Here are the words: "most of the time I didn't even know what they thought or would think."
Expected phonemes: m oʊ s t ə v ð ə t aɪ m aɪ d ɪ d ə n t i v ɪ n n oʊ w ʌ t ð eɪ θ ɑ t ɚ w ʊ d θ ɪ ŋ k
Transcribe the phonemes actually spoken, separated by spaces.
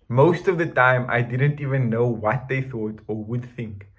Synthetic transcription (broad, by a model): m oʊ s t ə v ð ə t aɪ m aɪ d ɪ d ə n t i v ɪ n n oʊ w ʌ t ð eɪ θ ɑ t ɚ w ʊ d θ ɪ ŋ k